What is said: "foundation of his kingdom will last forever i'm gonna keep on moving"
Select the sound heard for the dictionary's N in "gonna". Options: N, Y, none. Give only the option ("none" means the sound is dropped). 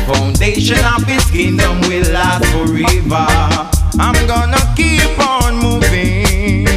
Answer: N